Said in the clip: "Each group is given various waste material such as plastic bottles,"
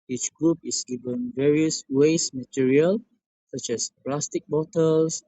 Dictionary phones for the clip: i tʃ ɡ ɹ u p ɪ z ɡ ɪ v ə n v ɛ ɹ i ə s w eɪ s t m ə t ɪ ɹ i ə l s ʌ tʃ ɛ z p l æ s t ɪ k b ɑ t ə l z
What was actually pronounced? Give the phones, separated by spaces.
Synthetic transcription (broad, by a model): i tʃ ɡ ɹ u p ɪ s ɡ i v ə n v ɛ ɹ i ə s w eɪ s m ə t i ɹ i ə l s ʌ tʃ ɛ s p l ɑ s t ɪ k b ɑ t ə l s